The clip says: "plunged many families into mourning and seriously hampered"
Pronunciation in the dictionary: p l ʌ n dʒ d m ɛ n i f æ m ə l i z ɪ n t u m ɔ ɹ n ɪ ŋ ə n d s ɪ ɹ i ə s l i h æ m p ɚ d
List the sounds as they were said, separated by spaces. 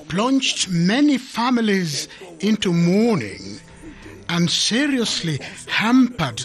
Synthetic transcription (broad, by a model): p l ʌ n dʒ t m ɛ n i f æ m ə l i z ɪ n t u m ɔ ɹ n ɪ ŋ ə n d s ɪ ɹ i ə s l i h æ m p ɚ d